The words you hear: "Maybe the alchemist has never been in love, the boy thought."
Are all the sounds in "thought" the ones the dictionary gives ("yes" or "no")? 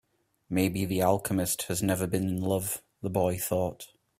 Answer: yes